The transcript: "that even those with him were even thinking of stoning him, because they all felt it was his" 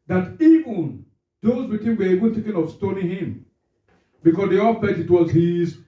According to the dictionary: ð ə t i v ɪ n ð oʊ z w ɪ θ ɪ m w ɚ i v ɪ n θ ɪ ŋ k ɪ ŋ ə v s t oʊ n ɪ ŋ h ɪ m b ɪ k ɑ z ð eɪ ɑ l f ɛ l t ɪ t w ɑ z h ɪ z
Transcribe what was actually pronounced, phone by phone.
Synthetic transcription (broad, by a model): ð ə t i v ɪ n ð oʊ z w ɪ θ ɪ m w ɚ i v ɪ n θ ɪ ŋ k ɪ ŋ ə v s t oʊ n ɪ ŋ h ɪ m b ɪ k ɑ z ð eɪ ɑ l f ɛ t ɪ t w ɑ z h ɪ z